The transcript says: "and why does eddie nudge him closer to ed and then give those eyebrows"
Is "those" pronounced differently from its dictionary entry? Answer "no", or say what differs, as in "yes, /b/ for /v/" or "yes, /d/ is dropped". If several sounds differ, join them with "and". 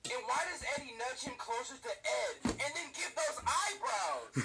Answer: no